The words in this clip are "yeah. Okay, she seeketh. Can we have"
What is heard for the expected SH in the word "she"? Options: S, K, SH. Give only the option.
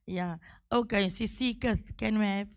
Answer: S